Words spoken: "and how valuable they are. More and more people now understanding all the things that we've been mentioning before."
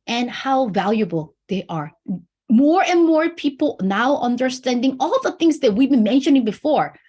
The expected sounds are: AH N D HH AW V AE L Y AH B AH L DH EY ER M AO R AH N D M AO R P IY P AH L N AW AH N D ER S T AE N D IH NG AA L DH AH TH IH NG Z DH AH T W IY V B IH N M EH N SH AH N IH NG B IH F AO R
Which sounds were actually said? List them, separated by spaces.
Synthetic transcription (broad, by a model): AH N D HH AW V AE L Y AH B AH L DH EY ER M AO R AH N M AO R P IY P L N AW AH N D ER S T AE N D IH NG AA L DH AH TH IH NG Z DH AH T W IY V B IH N M EH N SH AH N IH NG B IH F AO R